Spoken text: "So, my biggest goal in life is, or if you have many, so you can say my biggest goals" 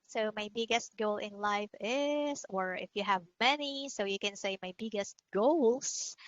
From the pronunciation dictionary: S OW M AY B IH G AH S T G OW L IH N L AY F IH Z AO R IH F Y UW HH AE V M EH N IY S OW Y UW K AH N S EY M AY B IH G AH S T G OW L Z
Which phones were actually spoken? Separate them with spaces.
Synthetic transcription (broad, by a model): S OW M AY B IH G AH S T G OW L IH N L AY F IH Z AO R IH F Y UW HH AE V M EH N IY S OW Y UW K AH N S EY M AY B IH G AH S T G OW L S